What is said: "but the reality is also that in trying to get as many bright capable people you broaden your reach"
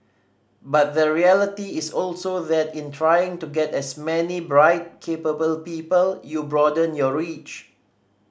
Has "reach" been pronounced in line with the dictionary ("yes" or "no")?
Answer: yes